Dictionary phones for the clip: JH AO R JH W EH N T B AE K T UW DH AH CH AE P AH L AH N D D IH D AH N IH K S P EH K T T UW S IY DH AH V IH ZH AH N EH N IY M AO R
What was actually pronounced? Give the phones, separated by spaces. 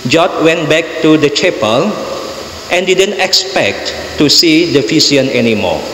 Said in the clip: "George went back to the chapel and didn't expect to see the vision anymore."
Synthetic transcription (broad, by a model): JH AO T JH W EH N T B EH K T UW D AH CH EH P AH L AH N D D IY D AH N IH K S P EH K T T UW S IY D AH F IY S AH N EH N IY M AO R